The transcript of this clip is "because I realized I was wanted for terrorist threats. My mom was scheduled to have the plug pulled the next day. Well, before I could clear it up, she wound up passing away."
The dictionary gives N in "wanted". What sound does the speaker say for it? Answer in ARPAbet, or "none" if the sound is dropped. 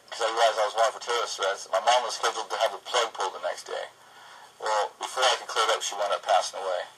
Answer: none